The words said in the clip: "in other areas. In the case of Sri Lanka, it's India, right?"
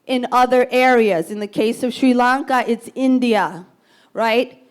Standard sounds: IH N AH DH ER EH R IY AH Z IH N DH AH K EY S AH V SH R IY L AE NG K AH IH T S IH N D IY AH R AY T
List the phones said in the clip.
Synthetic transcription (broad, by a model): IH N AH DH ER EH R IY AH Z IH N DH AH K EY S AH V SH R IY L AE NG K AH IH T S IH N D IY AH R AY T